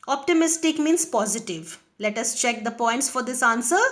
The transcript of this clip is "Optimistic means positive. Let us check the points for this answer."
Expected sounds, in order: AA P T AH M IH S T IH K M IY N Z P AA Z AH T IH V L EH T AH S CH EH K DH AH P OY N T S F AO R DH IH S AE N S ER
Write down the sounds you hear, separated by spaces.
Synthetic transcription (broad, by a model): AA P T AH M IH S T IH K M IY N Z P AA Z AH T IH V L EH T AH S CH EH K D AH P OY N T S F AO R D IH S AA N S ER